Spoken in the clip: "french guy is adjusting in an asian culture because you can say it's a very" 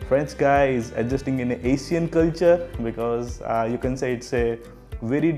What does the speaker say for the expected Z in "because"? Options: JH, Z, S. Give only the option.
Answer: Z